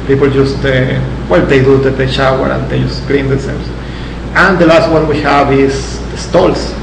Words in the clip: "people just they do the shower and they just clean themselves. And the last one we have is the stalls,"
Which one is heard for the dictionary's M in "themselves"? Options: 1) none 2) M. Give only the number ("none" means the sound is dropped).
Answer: 1